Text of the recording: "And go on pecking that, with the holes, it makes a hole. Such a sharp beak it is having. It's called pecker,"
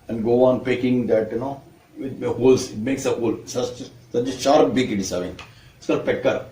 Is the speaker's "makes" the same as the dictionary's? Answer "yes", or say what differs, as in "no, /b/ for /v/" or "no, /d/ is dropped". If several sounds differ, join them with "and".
yes